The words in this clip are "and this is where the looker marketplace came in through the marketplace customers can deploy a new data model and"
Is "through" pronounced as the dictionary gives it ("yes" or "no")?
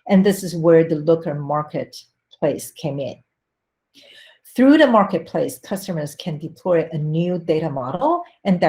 yes